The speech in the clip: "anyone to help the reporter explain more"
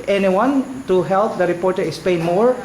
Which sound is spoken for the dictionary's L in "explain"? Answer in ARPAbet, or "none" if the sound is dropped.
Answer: none